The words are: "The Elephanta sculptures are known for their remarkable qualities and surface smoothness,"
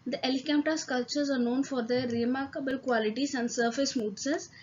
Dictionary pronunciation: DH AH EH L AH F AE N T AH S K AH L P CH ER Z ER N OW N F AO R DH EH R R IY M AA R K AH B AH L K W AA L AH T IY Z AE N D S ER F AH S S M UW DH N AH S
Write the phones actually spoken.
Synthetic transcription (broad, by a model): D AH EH L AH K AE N T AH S K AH L CH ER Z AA N OW N F AO R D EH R R IY M AA R K AH B AH L K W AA L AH T IY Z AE N D S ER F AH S S M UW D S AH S